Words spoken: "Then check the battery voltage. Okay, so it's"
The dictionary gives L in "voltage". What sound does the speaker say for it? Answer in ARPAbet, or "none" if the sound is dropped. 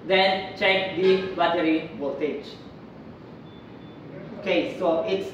none